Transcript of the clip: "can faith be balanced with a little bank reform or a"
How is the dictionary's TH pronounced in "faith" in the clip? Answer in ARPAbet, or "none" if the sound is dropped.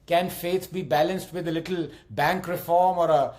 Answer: S